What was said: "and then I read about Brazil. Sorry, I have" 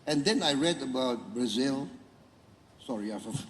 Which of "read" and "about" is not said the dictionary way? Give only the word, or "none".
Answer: none